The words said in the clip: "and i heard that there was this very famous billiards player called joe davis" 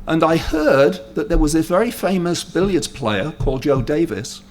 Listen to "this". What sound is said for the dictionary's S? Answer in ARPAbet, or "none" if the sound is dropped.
none